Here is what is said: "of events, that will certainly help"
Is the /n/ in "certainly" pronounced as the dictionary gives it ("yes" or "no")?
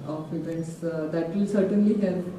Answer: yes